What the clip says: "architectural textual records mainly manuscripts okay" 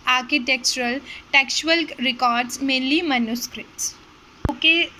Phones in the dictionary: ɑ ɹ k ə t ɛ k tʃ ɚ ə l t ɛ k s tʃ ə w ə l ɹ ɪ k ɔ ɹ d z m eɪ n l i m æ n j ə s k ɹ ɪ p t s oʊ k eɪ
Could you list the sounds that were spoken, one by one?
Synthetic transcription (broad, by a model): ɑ ɹ k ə t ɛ k tʃ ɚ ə l t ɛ k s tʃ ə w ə l ɹ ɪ k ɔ ɹ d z m eɪ n l i m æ n j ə s k ɹ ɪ t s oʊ k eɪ